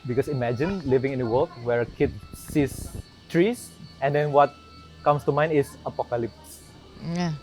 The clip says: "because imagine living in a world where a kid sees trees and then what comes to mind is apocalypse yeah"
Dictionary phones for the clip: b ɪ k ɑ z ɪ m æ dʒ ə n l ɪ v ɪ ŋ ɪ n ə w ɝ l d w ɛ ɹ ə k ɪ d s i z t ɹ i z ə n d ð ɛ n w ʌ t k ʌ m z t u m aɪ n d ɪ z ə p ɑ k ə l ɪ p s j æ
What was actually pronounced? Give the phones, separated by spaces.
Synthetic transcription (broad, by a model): b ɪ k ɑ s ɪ m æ dʒ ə n l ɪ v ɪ ŋ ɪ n ə w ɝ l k w ɛ ɹ ə k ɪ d s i s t ɹ i s ə n d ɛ n w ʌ t k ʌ m s t u m aɪ n ɪ s ə p ɑ k ə l ɪ p s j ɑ